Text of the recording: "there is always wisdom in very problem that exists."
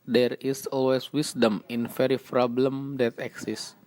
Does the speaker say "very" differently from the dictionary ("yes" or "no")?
yes